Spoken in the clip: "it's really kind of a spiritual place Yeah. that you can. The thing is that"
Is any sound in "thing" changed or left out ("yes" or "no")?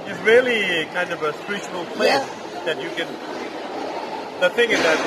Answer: no